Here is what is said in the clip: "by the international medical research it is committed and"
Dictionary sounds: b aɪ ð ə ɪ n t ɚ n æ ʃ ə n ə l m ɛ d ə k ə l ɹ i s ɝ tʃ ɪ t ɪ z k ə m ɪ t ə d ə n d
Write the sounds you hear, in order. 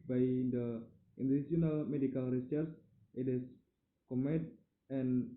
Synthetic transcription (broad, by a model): b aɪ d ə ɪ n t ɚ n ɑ s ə n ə l m ɛ d ə k ə l ɹ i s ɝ s ɪ t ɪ s k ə m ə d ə n